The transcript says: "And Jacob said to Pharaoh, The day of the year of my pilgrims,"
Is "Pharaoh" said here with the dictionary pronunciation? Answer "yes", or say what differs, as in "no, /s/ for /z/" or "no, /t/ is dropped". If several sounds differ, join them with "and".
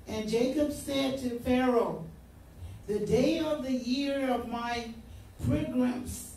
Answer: yes